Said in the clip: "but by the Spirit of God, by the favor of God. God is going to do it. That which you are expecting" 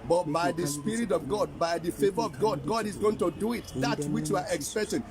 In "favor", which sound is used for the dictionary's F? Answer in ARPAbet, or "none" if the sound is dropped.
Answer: F